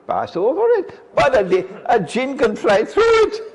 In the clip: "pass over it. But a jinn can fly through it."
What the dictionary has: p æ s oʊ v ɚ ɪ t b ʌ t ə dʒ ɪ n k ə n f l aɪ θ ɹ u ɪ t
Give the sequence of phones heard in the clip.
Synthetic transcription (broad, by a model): p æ s oʊ v ɚ ɪ t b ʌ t ə dʒ ɪ n k ə n f l aɪ θ ɹ u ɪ t